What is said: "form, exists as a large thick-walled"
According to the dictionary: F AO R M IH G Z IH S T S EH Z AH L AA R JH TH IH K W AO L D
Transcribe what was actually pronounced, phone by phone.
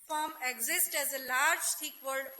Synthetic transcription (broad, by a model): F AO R M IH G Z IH S T EH Z AH L AA R JH T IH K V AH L D